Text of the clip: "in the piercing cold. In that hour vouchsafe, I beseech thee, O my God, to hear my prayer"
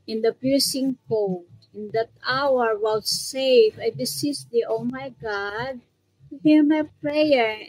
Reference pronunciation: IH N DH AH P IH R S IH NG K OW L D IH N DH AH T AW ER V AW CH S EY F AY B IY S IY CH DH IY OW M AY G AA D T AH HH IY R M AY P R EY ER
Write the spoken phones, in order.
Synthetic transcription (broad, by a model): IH N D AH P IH R S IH NG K OW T IH N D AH T AW ER W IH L S EY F AY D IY S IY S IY OW M AY G AA D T HH IY R M AY P R EY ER